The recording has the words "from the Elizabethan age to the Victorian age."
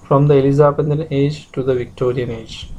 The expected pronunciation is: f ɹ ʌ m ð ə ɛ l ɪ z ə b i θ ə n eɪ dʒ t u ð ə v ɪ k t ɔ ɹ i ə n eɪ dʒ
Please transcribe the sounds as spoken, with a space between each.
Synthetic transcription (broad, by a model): f ɹ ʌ m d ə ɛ l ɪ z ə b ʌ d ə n eɪ dʒ t u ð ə v ɪ k t ɔ ɹ i ə n eɪ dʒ